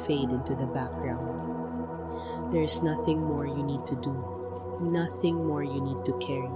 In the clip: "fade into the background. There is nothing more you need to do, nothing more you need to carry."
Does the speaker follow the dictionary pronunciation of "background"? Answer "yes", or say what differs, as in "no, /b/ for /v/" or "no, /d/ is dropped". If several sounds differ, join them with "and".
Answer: yes